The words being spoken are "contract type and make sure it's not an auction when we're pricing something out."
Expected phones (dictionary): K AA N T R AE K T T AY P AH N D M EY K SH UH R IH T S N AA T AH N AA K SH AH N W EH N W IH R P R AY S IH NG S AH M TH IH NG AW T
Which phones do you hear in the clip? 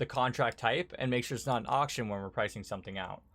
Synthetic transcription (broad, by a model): K AA N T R AE K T T AY P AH N M EY K SH UH R IH T S N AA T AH N AA K SH AH N W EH N W IH R P R AY S IH NG S AH M TH IH NG AW T